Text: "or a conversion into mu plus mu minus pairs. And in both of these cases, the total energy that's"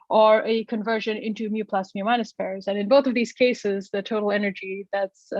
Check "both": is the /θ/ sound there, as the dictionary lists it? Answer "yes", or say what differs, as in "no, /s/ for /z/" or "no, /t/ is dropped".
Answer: yes